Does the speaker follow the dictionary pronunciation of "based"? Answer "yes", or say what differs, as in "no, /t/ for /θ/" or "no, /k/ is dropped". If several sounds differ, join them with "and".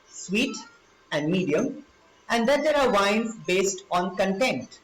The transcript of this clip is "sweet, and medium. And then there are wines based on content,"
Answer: yes